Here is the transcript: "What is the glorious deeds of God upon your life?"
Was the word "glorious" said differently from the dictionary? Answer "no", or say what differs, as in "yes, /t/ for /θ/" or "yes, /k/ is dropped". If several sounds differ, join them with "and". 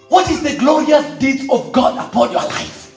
no